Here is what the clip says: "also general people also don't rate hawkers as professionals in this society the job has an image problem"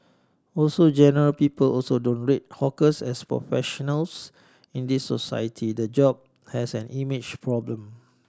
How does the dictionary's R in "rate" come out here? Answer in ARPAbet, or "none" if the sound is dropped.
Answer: R